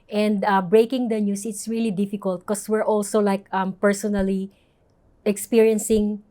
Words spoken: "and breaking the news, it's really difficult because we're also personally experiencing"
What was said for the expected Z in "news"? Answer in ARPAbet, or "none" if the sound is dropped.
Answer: S